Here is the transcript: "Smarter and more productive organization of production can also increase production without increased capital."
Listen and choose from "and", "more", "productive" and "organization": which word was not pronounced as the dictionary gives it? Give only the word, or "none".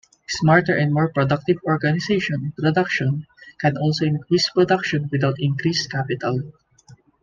organization